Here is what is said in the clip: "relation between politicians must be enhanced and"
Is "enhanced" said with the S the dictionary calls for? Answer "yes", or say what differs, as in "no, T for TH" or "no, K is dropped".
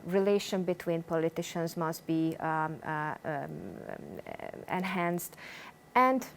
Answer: yes